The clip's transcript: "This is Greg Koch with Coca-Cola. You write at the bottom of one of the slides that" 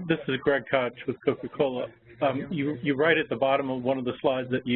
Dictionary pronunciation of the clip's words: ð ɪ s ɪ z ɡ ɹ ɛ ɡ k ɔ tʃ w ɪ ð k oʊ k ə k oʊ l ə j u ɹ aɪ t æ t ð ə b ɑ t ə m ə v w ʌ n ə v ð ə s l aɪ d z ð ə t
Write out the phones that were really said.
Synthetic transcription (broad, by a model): ð ɪ s ɪ z ɡ ɹ ɛ ɡ k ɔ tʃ w ɪ ð k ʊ k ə k oʊ l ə j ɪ ɹ aɪ t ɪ t ð ə b ɑ t ə m ə v w ʌ n ə v ð ə s l aɪ d z ð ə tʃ